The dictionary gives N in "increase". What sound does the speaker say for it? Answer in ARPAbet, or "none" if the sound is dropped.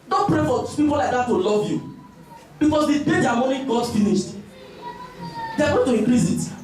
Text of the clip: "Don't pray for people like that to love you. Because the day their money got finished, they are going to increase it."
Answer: none